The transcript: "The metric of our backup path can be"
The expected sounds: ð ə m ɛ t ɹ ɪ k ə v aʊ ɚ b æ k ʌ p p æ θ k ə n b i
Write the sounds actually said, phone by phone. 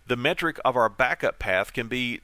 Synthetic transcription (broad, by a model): ð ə m ɛ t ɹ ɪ k ə v aʊ ɚ b æ k ʌ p p æ θ k ə n b i